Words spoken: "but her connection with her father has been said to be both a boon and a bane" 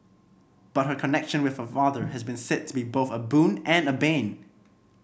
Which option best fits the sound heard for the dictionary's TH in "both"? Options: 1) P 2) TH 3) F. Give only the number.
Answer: 2